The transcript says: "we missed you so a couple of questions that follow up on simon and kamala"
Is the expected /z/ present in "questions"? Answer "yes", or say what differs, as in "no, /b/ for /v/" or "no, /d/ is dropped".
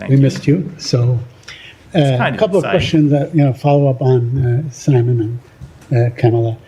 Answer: yes